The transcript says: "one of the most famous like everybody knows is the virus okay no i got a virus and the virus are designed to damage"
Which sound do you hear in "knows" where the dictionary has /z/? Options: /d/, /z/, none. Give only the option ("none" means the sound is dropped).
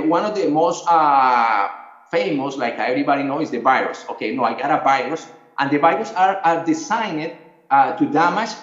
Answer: none